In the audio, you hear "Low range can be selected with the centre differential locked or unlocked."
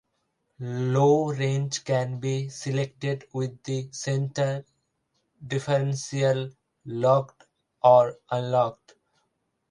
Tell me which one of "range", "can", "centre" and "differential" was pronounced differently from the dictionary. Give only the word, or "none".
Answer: differential